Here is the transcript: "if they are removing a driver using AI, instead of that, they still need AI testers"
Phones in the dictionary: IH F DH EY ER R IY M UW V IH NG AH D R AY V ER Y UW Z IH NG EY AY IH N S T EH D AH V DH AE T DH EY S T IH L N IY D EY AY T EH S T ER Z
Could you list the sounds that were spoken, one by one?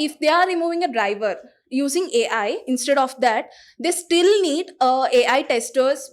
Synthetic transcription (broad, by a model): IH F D EY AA R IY M UW V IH NG AH D R AY V ER Y UW Z IH NG EY AY IH N S T EH D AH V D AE T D EY S T IH L N IY D EY AY T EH S T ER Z